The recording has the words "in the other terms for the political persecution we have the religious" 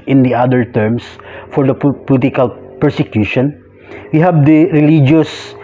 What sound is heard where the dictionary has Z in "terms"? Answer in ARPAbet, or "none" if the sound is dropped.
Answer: S